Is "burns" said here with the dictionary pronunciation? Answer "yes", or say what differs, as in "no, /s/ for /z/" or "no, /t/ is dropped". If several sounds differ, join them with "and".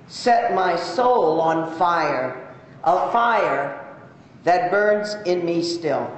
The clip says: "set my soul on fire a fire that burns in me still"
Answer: yes